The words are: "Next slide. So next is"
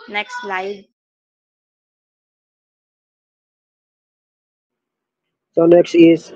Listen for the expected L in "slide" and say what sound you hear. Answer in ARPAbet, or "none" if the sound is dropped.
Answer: L